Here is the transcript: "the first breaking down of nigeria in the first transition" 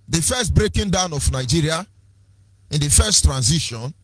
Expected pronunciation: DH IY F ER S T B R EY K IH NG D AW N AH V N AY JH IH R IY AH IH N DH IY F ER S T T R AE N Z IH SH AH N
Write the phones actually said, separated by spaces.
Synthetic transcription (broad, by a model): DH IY F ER S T B R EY K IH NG D AW N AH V N AY JH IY R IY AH IH N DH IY F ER S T T R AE N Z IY SH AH N